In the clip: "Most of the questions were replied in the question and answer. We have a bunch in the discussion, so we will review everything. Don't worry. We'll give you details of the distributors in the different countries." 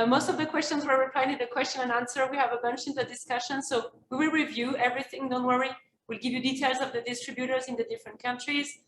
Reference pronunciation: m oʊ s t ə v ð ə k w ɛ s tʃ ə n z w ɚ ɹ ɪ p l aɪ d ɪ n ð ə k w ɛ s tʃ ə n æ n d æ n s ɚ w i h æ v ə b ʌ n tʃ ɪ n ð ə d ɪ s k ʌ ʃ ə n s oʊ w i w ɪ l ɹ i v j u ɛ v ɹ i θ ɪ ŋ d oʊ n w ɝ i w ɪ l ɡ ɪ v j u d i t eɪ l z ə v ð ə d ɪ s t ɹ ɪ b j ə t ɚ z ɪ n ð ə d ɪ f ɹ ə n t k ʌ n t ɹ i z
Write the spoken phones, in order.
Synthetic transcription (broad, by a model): m oʊ s t ə v ð ə k w ɛ s tʃ ə n z w ɚ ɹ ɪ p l aɪ ɪ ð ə k w ɛ s tʃ ə n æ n æ n s ɚ w i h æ v ə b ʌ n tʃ ɪ n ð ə d ɪ s k ʌ ʃ ə n s oʊ w i w ɪ l ɹ i v j u ɛ v ɹ i θ ɪ ŋ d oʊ n w ɝ i w ɪ l ɡ ɪ v j u d i t eɪ l z ə v ð ə d ɪ s t ɹ ɪ b j ə t ɚ z ɪ n ð ə d ɪ f ɹ ə n t k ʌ n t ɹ i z